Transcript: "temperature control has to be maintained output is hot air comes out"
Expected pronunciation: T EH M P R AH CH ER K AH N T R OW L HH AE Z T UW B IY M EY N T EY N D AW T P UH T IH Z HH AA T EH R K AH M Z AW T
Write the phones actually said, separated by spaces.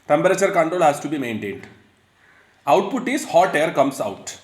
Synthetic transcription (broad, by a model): T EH M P R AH CH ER K AH N T R OW L HH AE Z T UW B IY M EY N T EY N D AW T P UH T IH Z HH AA T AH R K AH M S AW T